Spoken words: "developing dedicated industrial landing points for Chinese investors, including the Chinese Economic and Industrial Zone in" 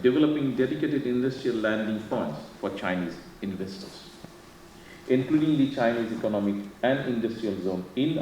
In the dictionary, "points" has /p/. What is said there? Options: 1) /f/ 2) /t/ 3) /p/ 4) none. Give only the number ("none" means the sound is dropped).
1